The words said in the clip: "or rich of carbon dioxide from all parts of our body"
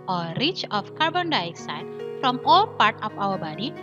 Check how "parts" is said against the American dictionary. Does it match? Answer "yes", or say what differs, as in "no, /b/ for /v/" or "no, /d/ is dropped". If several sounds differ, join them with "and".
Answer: no, /s/ is dropped